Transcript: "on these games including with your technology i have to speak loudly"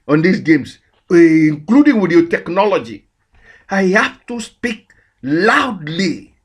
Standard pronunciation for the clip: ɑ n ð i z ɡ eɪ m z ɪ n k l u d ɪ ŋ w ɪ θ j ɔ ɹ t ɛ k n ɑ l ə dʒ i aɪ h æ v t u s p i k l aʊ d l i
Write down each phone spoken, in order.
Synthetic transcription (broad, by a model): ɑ n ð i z ɡ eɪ m s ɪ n k l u d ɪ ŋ w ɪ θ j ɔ t ɛ k n ɑ l ə dʒ i aɪ h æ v t u s p i k l aʊ d l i